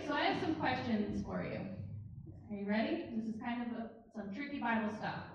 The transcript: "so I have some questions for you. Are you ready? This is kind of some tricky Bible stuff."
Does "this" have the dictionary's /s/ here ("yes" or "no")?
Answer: yes